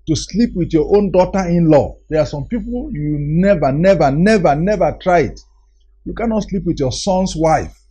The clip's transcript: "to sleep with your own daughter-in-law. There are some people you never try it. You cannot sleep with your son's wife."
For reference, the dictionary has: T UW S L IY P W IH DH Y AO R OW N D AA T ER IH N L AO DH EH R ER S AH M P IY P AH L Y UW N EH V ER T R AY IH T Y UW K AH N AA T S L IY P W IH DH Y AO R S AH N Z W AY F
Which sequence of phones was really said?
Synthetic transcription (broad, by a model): T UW S L IY P W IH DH Y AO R OW N D AA T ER IH N L AO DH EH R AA S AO M P IY P AH L Y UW N EH V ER T R AY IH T Y UW K AH N AA T S L IY P W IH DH Y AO S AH N S W AY F